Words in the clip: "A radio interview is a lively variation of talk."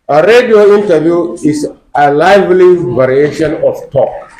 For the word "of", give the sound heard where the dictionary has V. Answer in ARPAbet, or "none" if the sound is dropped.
F